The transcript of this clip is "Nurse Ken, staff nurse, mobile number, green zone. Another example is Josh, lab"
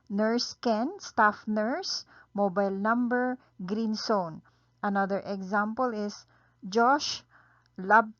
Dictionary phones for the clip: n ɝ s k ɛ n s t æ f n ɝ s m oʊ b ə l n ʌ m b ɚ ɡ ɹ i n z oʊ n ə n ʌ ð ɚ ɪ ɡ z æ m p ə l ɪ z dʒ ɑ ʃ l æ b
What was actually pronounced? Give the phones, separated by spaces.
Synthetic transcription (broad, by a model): n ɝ s k ɛ n s t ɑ f n ɝ s m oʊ b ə l n ʌ m b ɚ ɡ ɹ i n s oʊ n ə n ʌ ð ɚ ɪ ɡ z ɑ m p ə l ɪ s dʒ ɑ ʃ l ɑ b